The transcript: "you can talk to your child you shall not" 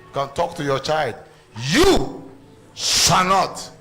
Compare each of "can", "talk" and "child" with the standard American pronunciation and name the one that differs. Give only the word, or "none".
none